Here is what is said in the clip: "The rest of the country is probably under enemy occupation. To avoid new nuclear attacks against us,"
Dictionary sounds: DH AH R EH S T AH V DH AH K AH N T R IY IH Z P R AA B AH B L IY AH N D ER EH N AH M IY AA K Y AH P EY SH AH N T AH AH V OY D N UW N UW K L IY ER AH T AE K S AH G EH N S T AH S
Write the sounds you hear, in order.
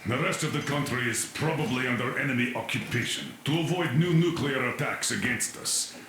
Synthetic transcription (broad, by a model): DH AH R EH S T AH V DH AH K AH N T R IY IH Z P R AA B AH B L IY AH N D ER EH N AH M IY AA K Y AH P EY SH AH N T AH AH V OY D N UW N UW K L IY ER AH T AE K S AH G EH N S T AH S